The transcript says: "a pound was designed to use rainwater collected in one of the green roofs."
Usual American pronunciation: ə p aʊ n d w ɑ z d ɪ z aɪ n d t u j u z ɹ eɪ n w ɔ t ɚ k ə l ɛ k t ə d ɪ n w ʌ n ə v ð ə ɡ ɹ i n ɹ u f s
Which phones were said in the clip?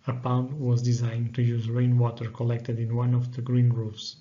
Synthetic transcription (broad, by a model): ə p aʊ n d w ɑ z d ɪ z aɪ n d t u j u z ɹ eɪ n w ɔ t ɚ k ə l ɛ k t ə d ɪ n w ʌ n ə v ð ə ɡ ɹ i n ɹ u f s